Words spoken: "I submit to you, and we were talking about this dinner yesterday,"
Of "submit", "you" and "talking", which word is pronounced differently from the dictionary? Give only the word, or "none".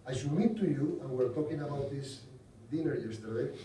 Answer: submit